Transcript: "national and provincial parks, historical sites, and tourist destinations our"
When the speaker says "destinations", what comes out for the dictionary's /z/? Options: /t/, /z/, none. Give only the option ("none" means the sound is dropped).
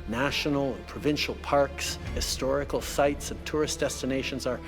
/z/